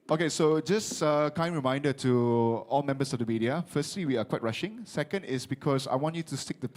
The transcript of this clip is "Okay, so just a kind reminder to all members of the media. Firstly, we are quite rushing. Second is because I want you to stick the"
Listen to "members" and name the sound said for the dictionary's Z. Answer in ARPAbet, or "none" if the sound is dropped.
S